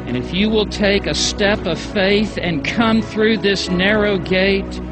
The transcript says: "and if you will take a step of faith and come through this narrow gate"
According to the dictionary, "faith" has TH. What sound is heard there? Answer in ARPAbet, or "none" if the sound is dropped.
TH